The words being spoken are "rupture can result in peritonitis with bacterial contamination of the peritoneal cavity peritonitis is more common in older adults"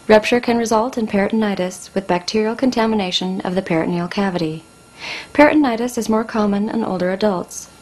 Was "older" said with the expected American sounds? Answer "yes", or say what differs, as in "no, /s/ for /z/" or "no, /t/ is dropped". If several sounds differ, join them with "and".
yes